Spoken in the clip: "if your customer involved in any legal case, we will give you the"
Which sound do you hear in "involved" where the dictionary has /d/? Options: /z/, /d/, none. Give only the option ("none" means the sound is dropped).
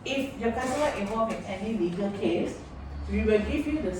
none